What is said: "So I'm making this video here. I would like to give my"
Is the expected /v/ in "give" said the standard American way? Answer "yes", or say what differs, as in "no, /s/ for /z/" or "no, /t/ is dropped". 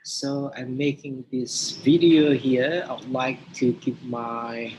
no, /p/ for /v/